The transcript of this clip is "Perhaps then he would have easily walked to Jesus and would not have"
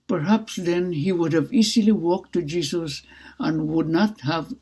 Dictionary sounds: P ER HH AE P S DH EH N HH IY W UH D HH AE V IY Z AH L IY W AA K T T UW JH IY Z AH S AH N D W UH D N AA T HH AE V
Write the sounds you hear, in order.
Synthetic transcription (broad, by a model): P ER HH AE P S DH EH N HH IY W UH D HH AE V IY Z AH L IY W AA K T T UW JH IY S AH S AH N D W UH D N AA T HH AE V